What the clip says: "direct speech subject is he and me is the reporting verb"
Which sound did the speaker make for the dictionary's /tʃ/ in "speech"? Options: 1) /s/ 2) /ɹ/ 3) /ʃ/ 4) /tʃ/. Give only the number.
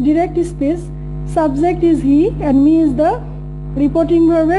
1